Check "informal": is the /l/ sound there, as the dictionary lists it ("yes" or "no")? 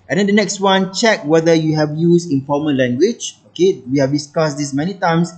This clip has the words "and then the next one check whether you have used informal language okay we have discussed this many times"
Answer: no